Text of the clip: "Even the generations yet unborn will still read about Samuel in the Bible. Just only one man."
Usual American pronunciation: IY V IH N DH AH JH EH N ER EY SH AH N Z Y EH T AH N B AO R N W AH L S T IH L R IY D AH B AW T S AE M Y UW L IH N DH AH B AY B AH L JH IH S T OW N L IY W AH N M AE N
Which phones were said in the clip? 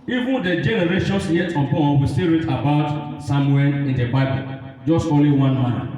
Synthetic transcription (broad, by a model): IY V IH N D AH JH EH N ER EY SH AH N S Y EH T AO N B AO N W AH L S T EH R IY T AH B AW T S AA M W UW IH N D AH B AY B AH L JH IH S T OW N L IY W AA N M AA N